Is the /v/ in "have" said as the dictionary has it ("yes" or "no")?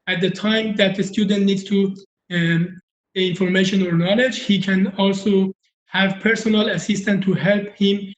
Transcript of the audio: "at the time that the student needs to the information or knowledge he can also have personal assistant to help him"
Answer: yes